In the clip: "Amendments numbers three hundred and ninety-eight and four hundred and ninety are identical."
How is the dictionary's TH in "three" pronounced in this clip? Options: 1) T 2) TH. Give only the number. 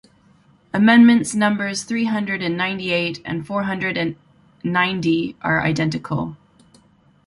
2